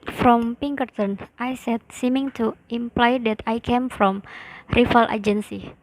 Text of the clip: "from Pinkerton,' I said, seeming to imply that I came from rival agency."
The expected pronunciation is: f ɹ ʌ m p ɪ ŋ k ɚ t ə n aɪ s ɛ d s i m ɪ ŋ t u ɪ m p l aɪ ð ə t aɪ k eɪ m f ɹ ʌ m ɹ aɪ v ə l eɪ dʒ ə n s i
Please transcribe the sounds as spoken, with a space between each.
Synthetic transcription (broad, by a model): f ɹ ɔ m p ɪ ŋ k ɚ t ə n aɪ s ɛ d s i m ɪ ŋ t u ɪ m p l aɪ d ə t aɪ k eɪ m f ɹ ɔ m ɹ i f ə l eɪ dʒ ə n s i